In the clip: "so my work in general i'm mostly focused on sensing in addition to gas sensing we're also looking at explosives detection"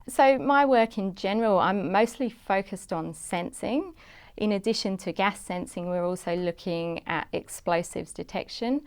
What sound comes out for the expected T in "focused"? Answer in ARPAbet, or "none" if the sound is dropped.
T